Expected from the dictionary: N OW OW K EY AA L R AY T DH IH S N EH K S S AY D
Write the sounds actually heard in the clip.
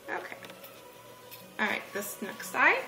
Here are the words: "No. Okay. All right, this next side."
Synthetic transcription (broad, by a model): OW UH K EY AA L R AY T DH IH S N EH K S S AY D